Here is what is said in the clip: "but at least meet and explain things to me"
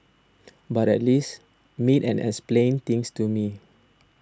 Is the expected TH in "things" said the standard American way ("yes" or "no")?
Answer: no